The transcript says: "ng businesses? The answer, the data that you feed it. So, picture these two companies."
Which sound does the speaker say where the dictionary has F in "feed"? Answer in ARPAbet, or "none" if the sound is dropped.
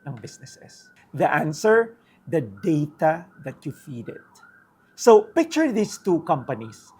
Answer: F